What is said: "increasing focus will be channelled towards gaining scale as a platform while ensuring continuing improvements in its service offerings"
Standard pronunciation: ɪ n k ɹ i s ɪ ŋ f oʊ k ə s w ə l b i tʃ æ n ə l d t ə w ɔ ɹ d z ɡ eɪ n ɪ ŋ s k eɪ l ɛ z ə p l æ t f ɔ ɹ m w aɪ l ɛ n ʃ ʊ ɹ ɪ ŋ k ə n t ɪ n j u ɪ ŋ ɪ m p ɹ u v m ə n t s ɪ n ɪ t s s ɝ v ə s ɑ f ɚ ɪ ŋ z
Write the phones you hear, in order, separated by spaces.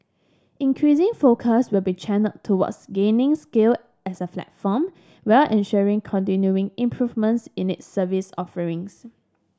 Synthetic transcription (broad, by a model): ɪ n k ɹ i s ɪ ŋ f oʊ k ə s w ə l b i tʃ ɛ n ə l t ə w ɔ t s ɡ eɪ n ɪ ŋ s k eɪ l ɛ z ə f l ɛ t f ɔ m w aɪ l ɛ n ʃ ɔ ɹ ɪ ŋ k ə n t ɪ n j u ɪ ŋ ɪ m p ɹ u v m ə n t s ɪ n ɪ t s s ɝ v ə s ɑ f ɚ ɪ ŋ s